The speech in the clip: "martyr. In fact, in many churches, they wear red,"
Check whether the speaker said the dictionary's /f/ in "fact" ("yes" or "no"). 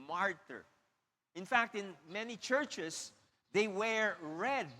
yes